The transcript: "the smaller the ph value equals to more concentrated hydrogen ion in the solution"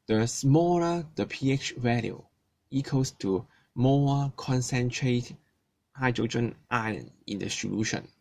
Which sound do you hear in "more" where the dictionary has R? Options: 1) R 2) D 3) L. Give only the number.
3